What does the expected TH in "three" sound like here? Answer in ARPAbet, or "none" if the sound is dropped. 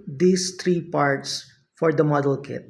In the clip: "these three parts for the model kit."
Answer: T